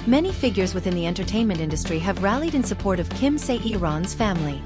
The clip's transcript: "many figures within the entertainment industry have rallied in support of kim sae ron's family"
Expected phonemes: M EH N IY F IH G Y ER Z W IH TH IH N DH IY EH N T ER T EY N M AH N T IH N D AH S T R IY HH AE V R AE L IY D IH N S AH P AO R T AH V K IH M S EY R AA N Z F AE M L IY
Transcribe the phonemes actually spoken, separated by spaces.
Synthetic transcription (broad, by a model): M EH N IY F IH G Y ER Z W IH TH IH N DH IY EH N T ER T EY N M AH N T IH N D AH S T R IY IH V R AE L IY D IH N S AH P AO R T AH V K IH M S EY R AA N Z F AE M L IY